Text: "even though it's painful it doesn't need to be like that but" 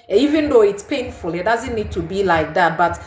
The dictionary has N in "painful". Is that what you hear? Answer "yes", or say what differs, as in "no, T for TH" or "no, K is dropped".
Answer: yes